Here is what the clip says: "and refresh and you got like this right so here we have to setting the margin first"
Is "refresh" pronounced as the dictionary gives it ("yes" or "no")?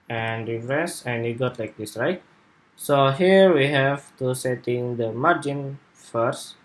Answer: no